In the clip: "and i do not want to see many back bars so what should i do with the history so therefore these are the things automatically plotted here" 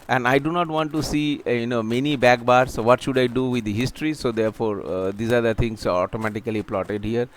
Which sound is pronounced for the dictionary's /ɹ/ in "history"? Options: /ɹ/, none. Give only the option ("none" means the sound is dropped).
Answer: /ɹ/